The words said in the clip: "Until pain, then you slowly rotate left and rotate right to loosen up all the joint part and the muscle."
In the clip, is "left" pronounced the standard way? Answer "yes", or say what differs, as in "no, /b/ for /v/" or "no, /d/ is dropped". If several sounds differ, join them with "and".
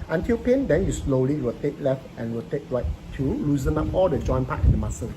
yes